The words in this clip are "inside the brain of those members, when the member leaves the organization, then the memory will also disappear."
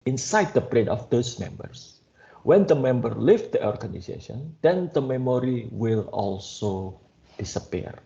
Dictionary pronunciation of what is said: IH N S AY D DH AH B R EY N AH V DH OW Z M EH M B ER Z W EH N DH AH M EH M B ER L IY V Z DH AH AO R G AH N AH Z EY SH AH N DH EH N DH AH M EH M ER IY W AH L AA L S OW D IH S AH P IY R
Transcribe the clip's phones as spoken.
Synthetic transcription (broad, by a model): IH N S AY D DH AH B R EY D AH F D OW S M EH M B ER S W EH N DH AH M EH M B ER L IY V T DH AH AO R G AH N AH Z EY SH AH N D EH N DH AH M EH M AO IY W AH L AA L S OW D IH S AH P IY R